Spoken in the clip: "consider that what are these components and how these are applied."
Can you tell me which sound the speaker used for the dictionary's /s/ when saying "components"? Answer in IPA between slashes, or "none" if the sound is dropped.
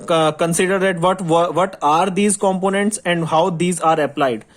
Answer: /s/